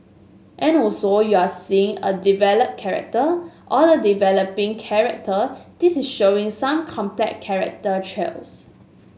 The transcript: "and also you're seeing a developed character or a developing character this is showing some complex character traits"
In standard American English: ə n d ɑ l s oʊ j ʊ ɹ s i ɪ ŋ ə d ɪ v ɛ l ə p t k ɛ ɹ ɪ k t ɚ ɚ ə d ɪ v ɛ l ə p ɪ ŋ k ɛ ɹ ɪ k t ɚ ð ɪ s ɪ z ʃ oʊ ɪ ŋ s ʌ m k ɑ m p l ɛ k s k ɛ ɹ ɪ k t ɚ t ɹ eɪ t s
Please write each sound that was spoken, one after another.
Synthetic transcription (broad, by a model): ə n ɑ l s oʊ j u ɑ s i ɪ ŋ ə d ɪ v ɛ l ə p k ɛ ɹ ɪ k t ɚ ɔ ə d ɪ v ɛ l ə p ɪ ŋ k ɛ ɹ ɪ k t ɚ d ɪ s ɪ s ʃ oʊ ɪ ŋ s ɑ m k ɑ m p l ɛ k k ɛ ɹ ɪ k t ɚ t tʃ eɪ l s